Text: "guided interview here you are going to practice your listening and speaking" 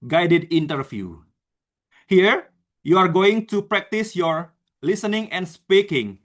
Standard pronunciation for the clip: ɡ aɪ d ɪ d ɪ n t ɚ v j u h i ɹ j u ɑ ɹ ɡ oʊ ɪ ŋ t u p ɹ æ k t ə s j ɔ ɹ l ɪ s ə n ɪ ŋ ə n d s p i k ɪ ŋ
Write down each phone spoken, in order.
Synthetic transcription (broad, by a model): ɡ aɪ d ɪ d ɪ n t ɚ f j u h i ɹ j u ɑ ɹ ɡ oʊ ɪ ŋ t u p ɹ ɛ k t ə s j ɔ ɹ l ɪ s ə n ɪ ŋ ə n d s p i k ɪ ŋ